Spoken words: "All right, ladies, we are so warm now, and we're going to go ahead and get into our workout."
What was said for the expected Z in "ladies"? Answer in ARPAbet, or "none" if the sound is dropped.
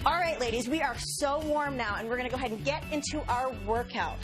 Z